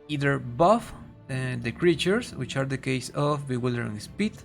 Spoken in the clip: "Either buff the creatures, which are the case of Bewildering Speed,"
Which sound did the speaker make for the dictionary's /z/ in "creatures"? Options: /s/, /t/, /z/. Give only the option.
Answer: /s/